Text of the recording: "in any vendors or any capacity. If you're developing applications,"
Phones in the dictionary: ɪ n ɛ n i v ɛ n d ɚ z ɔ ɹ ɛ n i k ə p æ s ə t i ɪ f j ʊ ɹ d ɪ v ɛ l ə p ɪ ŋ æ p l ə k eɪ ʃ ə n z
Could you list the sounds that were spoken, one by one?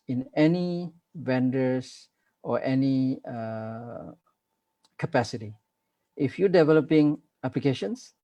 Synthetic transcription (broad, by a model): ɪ n ɛ n i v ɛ n d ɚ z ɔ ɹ ɛ n i k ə p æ s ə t i ɪ f j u d ɪ v ɛ l ə p ɪ ŋ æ p l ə k eɪ ʃ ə n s